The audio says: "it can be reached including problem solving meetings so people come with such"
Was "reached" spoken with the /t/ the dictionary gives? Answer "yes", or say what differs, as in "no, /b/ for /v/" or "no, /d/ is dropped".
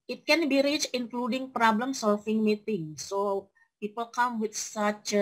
no, /t/ is dropped